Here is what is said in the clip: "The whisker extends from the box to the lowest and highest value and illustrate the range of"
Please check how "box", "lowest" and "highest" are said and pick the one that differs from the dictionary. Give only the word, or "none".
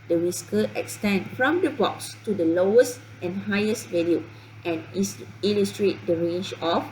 none